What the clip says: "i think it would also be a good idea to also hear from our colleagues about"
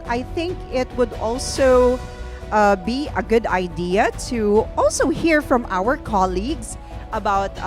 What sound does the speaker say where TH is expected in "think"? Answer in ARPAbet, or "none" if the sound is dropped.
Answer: TH